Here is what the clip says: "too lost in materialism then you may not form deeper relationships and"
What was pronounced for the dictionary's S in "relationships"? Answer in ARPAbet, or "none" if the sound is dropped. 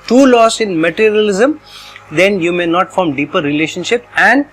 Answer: none